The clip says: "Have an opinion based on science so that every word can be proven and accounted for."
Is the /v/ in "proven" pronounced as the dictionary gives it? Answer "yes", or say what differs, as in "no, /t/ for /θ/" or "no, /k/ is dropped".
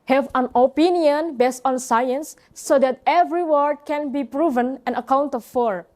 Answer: yes